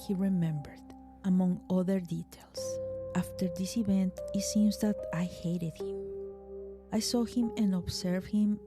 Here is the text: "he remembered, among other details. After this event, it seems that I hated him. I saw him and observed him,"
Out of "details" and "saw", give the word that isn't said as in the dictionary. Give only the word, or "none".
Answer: details